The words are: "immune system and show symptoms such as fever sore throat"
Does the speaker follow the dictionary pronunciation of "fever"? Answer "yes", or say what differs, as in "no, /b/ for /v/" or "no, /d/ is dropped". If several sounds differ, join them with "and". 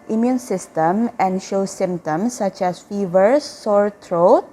yes